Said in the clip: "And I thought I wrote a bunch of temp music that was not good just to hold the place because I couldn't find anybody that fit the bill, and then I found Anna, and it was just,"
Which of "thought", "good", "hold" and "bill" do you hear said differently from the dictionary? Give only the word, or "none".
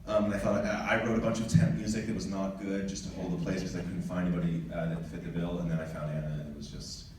thought